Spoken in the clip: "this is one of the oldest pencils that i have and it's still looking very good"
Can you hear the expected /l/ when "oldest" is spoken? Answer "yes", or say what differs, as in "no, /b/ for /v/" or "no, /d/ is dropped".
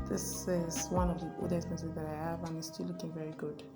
no, /l/ is dropped